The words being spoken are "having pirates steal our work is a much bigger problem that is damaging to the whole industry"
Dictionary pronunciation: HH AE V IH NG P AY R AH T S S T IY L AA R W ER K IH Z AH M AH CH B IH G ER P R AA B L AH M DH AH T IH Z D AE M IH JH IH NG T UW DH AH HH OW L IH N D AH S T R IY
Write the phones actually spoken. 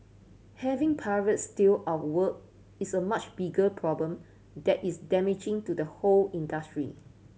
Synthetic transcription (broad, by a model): HH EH V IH NG P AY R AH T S S T IY L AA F W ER K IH S AH M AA CH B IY G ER P R AA B L AH M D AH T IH S D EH M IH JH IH NG T UW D AH HH OW L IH N D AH S T R IY